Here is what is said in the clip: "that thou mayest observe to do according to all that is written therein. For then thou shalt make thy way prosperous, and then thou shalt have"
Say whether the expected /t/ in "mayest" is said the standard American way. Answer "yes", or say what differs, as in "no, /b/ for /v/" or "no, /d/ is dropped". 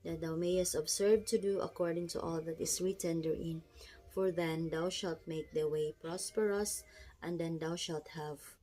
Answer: yes